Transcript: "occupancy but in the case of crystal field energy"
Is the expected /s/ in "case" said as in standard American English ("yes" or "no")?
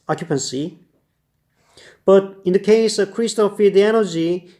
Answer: yes